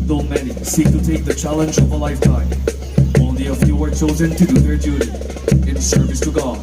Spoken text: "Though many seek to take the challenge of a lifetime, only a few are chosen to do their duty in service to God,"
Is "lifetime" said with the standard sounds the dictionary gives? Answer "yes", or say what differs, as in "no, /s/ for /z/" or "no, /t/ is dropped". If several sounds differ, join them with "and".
no, /m/ is dropped